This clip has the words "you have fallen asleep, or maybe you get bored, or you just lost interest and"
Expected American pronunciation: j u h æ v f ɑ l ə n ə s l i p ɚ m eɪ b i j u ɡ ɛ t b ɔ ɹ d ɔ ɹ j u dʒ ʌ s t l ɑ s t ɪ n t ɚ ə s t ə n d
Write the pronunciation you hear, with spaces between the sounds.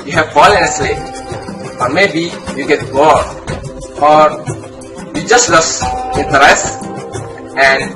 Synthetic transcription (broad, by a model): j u h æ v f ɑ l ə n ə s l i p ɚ m eɪ b i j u ɡ ɛ t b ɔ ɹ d ɔ ɹ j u dʒ ʌ s t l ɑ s ɪ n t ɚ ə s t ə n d